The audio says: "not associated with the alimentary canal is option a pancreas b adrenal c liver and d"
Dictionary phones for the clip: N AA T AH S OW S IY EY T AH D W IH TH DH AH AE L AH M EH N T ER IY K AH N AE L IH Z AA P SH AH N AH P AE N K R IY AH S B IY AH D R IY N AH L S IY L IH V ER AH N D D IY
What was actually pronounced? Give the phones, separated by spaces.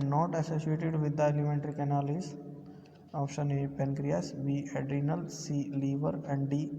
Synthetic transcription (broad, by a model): N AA T AH S OW S IY EY T AH D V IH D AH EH L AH M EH N T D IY K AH N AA L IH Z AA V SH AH N AH P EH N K R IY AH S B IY AH D R IY N AH L S IY L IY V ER AH N D D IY